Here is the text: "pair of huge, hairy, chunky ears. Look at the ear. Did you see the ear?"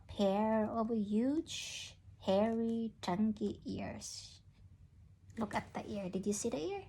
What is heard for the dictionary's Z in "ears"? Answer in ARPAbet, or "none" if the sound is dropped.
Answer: S